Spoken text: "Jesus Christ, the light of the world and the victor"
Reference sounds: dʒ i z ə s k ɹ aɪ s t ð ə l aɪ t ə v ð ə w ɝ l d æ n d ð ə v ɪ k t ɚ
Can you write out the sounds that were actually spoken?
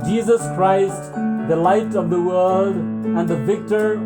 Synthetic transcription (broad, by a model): dʒ i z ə s k ɹ aɪ s t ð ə l aɪ t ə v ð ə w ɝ l d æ n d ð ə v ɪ k t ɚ